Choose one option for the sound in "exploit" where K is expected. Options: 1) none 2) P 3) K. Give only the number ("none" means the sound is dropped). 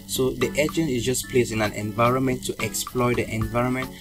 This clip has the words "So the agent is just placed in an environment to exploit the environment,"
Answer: 3